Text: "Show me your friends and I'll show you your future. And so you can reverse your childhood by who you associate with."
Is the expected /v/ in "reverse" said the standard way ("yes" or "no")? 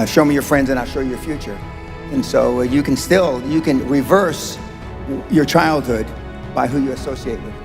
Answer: yes